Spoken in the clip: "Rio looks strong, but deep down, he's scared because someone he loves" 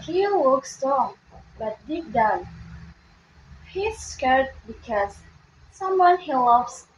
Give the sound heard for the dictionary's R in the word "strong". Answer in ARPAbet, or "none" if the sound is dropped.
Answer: none